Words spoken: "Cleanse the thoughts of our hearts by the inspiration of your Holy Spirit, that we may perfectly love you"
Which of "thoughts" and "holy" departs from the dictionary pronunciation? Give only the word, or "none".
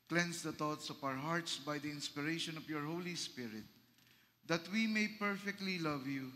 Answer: thoughts